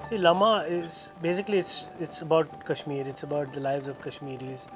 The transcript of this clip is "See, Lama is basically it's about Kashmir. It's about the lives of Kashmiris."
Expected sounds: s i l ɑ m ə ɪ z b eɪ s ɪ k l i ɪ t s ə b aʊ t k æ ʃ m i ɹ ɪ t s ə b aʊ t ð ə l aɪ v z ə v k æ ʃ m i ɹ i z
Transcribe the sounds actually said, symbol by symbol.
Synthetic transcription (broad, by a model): s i l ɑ m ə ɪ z b eɪ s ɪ k l i ɪ t s ə b aʊ t k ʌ ʃ m i ɹ ɪ t s ə b aʊ t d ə l aɪ v z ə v k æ ʃ m i ɹ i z